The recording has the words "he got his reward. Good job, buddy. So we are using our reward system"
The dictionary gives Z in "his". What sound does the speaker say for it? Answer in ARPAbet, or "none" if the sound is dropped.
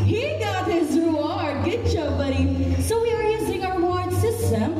Z